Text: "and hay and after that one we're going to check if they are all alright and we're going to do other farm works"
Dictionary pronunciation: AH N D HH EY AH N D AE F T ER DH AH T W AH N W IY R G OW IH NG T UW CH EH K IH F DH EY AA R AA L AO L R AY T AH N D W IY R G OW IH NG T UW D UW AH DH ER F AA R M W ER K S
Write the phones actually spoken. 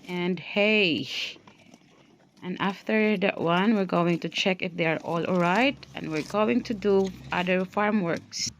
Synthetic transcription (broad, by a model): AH N D HH EY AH N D AE F T ER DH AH T W AH N W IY R G OW IH NG T UW CH EH K IH F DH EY AA R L AO L R AY T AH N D W IY R G OW IH NG T UW D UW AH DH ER F AA R M W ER K S